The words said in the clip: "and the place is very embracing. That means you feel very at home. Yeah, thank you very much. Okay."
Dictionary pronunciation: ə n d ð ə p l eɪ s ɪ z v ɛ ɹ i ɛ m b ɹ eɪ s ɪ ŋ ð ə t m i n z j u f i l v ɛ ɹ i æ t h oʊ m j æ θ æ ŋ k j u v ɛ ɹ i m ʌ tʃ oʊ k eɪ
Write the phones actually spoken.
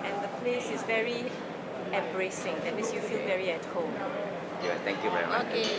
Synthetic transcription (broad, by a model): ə n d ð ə p l eɪ s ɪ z v ɛ ɹ i ɛ m b ɹ eɪ s ɪ ŋ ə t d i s j u f i l v ɛ ɹ i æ t h oʊ m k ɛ t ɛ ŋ k j u v ɛ ɹ i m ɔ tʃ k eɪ